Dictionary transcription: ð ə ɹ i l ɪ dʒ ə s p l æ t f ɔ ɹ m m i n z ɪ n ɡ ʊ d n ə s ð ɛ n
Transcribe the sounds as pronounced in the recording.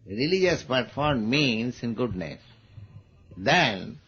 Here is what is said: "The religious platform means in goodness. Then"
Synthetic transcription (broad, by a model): ɹ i l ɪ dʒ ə s p ʌ t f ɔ ɹ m m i n s ɪ n ɡ ʊ d n ə s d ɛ n